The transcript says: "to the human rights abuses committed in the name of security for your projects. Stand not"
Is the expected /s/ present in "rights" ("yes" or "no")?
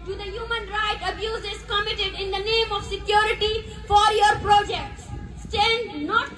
no